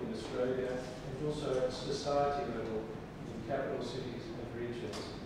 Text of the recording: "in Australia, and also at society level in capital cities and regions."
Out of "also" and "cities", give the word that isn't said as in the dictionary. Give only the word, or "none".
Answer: none